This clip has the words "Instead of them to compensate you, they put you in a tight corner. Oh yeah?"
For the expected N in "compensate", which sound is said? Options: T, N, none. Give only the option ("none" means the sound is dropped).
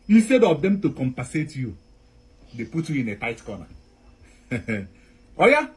none